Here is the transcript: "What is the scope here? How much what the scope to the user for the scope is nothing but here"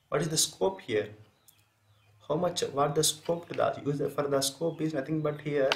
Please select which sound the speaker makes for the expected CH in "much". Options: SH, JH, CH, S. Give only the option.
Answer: CH